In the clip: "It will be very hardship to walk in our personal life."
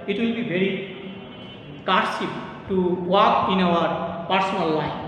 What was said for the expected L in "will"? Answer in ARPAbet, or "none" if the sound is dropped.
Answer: L